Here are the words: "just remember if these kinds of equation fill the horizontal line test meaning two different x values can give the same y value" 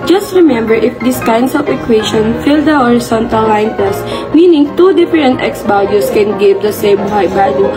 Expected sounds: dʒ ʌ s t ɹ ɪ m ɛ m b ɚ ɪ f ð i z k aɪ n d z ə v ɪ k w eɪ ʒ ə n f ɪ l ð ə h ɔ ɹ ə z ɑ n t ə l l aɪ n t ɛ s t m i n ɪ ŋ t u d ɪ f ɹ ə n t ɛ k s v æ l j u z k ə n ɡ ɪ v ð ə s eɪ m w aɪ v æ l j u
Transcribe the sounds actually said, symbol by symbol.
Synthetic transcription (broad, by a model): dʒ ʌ s t ɹ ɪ m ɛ m b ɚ ɪ f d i s k aɪ n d s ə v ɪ k w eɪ ʃ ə n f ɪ l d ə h ɔ ɹ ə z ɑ n t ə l l aɪ n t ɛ s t m i n ɪ ŋ t u d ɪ f ɹ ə n t ɛ k s b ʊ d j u s k ə n ɡ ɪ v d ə s eɪ m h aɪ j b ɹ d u